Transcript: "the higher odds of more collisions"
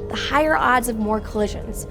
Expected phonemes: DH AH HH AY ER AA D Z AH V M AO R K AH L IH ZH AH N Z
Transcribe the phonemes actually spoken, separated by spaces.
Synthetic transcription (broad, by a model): DH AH HH AY ER AA D Z AH V M AO R K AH L IH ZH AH N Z